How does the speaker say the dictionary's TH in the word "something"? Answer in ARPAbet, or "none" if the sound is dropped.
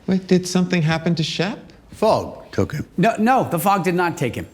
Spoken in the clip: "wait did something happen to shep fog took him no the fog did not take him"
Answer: TH